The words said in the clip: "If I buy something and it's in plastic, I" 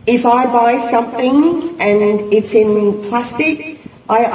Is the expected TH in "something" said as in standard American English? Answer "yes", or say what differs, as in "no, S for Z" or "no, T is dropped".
yes